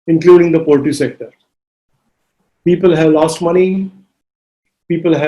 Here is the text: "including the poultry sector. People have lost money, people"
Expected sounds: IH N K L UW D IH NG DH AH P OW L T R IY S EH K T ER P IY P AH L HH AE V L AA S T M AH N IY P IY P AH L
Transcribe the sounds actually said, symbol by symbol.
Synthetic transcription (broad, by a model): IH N K L UW D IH NG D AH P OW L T IY S EH K T ER P IY P AH L HH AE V L AA S T M AH N IY P IY P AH L